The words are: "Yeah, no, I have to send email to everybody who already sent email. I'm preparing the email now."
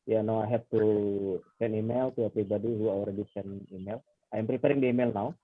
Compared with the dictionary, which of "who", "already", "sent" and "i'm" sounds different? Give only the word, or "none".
sent